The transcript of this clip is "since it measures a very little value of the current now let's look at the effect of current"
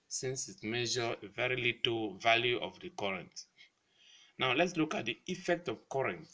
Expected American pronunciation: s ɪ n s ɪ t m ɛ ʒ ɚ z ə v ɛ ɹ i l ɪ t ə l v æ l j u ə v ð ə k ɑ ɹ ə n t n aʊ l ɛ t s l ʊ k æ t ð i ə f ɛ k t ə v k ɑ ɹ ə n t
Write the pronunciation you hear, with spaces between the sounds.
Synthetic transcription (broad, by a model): s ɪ n s ɪ t m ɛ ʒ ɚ ə v ɛ ɹ i l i t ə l v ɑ l j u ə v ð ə k ɑ ɹ ə n t n aʊ l ɛ t s l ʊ k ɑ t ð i ə f ɛ k t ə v k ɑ ɹ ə n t